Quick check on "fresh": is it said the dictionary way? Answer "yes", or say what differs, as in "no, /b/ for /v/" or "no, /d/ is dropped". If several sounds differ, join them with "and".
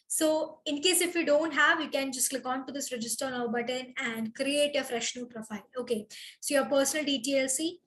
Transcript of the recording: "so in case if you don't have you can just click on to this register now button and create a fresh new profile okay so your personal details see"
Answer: yes